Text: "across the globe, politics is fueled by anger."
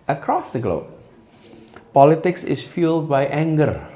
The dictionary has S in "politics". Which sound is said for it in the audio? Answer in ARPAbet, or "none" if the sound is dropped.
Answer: S